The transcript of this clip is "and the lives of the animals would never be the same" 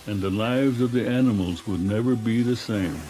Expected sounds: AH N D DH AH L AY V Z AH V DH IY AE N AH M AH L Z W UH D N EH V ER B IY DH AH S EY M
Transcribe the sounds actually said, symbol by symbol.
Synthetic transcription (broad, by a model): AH N DH AH L AY V Z AH V DH IY AE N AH M L Z W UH D N EH V ER B IY DH AH S EY M